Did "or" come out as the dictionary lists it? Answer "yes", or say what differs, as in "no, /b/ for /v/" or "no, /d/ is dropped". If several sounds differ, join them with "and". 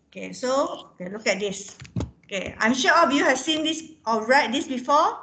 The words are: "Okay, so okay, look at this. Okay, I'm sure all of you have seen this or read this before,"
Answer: no, /l/ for /ɹ/